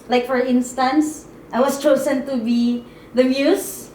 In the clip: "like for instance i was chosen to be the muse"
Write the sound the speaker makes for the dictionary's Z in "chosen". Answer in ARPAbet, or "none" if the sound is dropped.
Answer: S